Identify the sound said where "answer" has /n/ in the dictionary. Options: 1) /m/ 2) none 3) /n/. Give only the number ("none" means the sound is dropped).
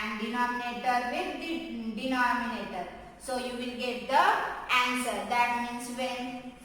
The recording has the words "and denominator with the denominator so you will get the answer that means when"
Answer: 3